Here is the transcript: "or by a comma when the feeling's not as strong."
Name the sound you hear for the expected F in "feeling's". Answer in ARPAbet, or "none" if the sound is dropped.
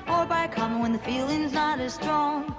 F